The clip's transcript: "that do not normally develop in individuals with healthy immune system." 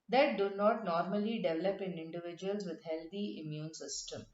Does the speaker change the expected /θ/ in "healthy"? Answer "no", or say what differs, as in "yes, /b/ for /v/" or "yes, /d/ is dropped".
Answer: yes, /t/ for /θ/